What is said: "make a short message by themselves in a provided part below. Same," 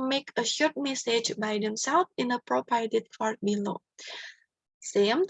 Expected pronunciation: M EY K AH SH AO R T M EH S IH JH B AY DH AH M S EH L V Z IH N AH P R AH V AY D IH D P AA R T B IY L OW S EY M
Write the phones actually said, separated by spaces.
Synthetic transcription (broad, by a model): M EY K AH SH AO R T M EH S IH JH B AY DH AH M S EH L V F IH N AH P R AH P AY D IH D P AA R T B IY L OW S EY M